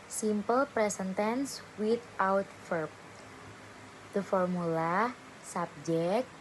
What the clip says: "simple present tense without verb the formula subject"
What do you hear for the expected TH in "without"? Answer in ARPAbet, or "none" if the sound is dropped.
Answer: T